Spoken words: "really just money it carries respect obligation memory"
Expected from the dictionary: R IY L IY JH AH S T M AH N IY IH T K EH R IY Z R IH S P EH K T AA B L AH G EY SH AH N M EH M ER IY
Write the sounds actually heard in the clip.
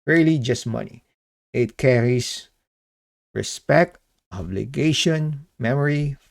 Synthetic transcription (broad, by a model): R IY L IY JH AH S T M AH N IY IH T K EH R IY S R IH S P EH K T AA B L AH G EY SH AH N M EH M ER IY